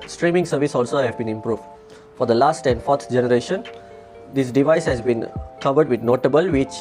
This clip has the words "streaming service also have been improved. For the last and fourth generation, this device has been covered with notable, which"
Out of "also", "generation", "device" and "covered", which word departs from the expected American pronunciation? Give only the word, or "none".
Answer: none